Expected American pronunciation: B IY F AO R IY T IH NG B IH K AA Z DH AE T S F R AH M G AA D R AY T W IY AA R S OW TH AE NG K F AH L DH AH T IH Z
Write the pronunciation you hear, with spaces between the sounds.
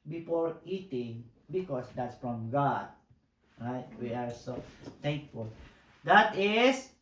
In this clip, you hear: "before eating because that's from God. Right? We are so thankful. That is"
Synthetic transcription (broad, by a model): B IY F AO R IY T IH NG B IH K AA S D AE T S F R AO M G AA D R AY T W IY AA R S OW T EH NG K F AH L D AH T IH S